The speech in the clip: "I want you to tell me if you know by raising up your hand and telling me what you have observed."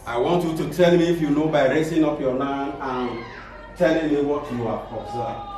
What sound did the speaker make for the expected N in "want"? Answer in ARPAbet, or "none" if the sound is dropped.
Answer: N